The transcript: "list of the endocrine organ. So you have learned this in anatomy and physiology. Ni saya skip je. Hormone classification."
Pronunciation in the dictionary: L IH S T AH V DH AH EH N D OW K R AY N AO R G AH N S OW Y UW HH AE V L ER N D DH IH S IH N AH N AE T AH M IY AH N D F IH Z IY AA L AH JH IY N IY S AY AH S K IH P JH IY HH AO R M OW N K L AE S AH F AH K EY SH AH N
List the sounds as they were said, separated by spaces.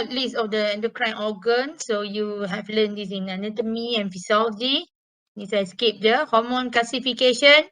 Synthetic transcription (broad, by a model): L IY S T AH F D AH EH N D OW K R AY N AO G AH N S OW Y UW HH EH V L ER N D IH S IH N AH N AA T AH M IY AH N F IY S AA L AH IY N IY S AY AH S K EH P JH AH HH AO M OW N K L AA S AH F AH K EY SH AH N